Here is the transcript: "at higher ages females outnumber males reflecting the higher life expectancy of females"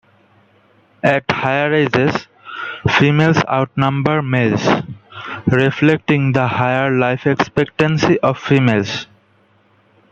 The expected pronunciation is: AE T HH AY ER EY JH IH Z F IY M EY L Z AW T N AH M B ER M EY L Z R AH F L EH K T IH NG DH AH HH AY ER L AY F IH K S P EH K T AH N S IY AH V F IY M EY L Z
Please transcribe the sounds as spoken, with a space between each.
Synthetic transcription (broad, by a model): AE T HH AY ER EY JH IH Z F IY M EY L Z AW T N AH M B ER M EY L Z R AH F L EH K T IH NG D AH HH AY ER L AY F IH K S P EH K T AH N S IY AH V F IY M EY L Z